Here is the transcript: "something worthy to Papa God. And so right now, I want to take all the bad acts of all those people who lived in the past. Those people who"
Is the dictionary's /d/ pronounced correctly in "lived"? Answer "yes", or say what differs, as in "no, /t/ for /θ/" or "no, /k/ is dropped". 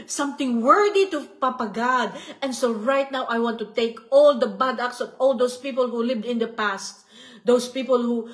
yes